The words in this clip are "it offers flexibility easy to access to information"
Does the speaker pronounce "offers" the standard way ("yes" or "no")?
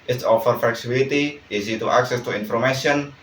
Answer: no